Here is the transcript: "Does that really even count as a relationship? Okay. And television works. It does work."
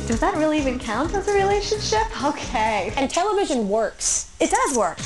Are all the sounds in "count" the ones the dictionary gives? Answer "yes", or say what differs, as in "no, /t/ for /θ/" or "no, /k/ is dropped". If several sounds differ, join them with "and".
yes